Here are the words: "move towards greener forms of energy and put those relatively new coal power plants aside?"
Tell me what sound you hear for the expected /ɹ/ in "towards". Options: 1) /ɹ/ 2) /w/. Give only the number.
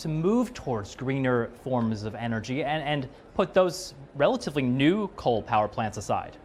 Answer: 1